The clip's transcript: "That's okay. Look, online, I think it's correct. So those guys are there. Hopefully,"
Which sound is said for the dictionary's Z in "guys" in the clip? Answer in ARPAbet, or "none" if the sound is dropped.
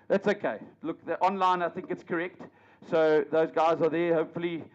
Z